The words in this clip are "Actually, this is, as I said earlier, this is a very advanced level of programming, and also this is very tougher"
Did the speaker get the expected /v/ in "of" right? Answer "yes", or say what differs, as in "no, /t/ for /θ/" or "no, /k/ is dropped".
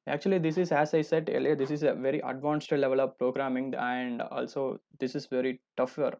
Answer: yes